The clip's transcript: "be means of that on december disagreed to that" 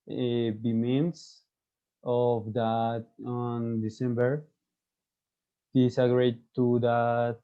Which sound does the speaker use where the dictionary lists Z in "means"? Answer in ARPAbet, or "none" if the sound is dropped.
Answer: S